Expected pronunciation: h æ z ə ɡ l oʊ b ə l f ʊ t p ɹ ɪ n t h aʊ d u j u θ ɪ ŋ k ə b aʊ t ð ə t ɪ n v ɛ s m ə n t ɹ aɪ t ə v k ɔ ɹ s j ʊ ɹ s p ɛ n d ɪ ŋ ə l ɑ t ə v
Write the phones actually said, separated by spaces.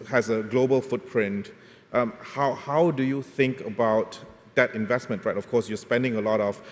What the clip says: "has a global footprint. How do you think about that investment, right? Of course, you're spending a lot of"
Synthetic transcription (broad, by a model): h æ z ə ɡ l oʊ b ə l f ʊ t p ɹ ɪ n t h aʊ d u j u θ ɪ ŋ k ə b aʊ t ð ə t ɪ n v ɛ s m ə n t ɹ aɪ t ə f k ɔ s j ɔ s p ɛ n d ɪ ŋ ə l ɑ t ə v